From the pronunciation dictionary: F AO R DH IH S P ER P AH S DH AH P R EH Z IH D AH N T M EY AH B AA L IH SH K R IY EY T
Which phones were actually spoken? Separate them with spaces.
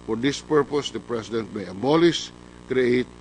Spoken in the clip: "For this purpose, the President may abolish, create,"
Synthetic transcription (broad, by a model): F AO R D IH S P ER P AH S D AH P R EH S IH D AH N T M EY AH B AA L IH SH K R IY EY T